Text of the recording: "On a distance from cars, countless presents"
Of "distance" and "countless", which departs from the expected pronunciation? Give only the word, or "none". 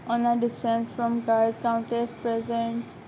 countless